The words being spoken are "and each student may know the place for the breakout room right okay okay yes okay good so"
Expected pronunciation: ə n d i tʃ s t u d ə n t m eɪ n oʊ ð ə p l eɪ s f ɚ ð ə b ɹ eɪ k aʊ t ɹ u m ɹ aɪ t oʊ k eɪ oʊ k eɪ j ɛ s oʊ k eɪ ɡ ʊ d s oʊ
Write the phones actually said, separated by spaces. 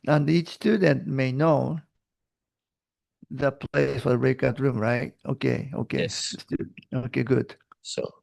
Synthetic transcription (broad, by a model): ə n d i tʃ s t u d ə n t m eɪ n oʊ ð ə p l eɪ s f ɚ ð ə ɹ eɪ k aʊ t ɹ u m ɹ aɪ t oʊ k eɪ oʊ k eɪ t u oʊ k eɪ ɡ ʊ d s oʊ